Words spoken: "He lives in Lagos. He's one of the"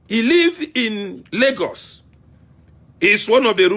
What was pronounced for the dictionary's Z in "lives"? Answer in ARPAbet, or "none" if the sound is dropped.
none